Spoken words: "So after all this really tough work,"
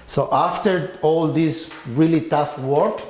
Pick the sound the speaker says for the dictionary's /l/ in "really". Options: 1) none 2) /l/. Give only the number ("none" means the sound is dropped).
2